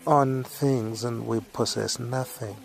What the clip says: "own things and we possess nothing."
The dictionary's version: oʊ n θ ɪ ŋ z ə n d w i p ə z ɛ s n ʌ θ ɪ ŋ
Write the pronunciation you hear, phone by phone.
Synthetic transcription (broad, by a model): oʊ n θ ɪ ŋ z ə n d w i p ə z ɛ s n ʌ θ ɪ ŋ